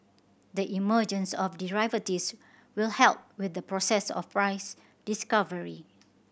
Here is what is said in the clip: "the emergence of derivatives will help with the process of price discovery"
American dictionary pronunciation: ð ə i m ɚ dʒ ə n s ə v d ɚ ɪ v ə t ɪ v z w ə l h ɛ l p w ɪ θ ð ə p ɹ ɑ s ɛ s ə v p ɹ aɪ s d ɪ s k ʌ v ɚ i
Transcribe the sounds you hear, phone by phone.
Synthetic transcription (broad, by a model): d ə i m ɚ dʒ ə n s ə f d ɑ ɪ v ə t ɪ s w ə l h ɛ l p w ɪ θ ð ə p ɹ ɑ s ɛ s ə f p ɹ aɪ s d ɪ s k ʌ v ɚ i